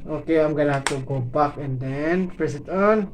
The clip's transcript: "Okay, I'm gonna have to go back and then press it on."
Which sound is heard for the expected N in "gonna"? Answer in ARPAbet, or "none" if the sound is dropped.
L